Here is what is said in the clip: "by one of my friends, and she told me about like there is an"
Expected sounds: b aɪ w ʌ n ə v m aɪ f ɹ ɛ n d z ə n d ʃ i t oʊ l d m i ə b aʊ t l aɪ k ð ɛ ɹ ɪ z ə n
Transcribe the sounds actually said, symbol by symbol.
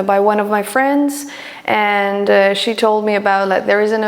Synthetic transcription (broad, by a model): b aɪ w ʌ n ə v m aɪ f ɹ ɛ n d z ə n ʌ ʃ i t oʊ l d m i ə b aʊ t l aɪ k ð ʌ ɹ ɪ z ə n